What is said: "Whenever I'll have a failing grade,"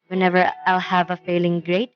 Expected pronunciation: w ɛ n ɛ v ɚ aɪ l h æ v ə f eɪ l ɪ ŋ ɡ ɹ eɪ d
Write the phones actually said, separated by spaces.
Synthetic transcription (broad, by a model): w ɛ n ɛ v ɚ aɪ l h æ v ə f eɪ l ɪ ŋ ɡ ɹ eɪ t